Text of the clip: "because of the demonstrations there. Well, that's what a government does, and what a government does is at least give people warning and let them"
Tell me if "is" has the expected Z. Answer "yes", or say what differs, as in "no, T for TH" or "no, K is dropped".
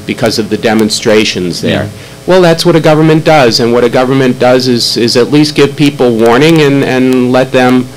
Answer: yes